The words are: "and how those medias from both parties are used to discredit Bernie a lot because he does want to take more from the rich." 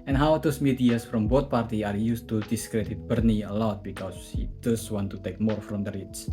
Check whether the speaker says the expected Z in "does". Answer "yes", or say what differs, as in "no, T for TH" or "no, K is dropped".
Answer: no, S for Z